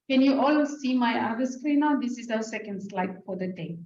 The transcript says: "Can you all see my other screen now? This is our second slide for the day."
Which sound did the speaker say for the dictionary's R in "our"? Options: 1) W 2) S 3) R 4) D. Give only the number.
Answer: 1